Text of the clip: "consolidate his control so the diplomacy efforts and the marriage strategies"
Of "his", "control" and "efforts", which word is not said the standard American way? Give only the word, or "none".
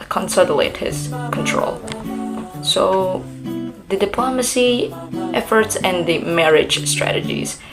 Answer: none